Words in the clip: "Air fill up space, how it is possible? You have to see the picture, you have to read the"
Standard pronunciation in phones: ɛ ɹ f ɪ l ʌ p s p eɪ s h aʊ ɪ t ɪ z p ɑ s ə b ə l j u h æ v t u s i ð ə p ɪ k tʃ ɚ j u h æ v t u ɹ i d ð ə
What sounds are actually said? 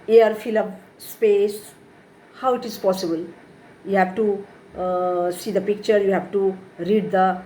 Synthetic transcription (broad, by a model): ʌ ɹ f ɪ l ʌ b s p eɪ s h aʊ ɪ t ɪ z p ɑ s ə b ə l j u h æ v t u s i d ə p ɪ k tʃ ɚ j u h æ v t u ɹ i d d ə